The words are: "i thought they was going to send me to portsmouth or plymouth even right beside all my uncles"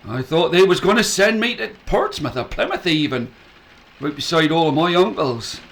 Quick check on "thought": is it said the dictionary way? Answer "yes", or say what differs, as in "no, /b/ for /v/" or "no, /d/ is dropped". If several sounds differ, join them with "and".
yes